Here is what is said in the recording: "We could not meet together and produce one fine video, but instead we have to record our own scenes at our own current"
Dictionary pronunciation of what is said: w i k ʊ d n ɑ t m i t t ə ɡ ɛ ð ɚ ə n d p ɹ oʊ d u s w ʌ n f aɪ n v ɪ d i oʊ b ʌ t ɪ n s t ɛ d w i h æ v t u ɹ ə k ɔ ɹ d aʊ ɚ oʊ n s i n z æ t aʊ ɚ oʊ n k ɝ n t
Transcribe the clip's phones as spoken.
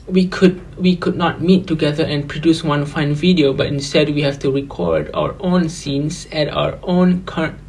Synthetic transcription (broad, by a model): w i k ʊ d n ɑ t m i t t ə ɡ ɛ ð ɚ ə n p ɹ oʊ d u s w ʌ n f aɪ n v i d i oʊ b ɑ t ɪ n s t ɛ d w i h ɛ f t u ɹ ə k ɔ ɹ d aʊ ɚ oʊ n s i n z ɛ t aʊ ɚ oʊ n k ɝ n